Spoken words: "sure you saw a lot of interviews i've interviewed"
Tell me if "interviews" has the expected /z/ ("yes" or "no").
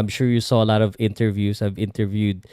no